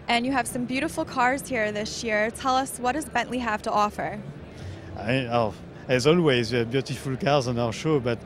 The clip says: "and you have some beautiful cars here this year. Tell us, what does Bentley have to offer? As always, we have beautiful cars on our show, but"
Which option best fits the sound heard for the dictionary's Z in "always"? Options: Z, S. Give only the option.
Z